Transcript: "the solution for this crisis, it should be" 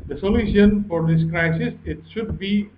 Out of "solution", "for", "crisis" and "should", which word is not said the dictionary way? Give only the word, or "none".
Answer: none